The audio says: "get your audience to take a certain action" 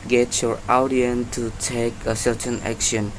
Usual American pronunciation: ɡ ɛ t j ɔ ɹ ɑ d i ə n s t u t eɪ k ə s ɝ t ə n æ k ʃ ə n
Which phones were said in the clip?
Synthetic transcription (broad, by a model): ɡ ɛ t j ɔ ɹ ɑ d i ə n t u t eɪ k ə s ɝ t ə n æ k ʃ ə n